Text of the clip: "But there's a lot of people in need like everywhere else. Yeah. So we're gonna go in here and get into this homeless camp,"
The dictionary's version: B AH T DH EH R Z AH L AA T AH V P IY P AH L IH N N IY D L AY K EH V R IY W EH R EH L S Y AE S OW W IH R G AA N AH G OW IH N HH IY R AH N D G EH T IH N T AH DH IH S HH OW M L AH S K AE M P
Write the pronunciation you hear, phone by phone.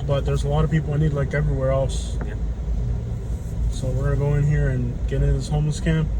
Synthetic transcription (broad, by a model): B AH T DH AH R Z AH L AA T AH V P IY P L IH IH N IY D L AY K EH V R IY W EH R EH L S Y S OW W IH R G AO AH IH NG HH IY R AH N G EH T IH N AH DH IH S HH OW M L AH S K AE M P